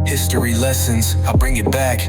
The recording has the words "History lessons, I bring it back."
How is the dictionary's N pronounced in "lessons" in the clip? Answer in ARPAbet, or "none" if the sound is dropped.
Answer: N